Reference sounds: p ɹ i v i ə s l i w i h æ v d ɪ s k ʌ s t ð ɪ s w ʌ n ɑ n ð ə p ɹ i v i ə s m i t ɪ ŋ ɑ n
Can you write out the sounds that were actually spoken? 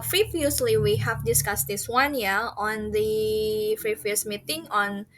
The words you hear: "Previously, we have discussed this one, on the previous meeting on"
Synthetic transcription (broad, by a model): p ɹ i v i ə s l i w i h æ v d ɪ s k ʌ s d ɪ s w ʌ n ɑ n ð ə f ɹ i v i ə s m i t ɪ ŋ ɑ n